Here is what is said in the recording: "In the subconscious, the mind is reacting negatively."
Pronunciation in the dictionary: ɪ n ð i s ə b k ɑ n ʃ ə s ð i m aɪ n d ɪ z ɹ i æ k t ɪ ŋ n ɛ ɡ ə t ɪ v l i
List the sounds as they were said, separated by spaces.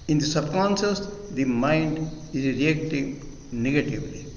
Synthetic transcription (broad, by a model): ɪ n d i s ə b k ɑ n s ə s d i m aɪ n d ɪ z ɹ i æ k t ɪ ŋ n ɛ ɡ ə t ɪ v l i